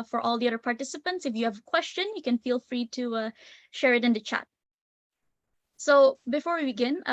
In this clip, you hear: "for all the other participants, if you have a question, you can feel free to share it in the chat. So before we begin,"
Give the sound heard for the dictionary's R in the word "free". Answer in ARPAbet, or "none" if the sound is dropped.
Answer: R